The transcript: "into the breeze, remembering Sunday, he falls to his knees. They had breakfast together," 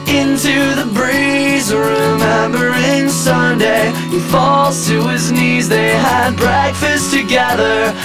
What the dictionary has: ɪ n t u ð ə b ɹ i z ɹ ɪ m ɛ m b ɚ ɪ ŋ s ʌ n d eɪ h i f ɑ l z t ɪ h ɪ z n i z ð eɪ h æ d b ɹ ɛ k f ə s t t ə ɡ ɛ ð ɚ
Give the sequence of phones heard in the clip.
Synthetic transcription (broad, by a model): ɪ n t u ð ə b ɹ i z ɹ ɪ m ɛ m b ɚ ɪ ŋ s ʌ n d eɪ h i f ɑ l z t ɪ ɪ z n i z ð eɪ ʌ d b ɹ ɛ k f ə s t t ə ɡ ɛ ð ɚ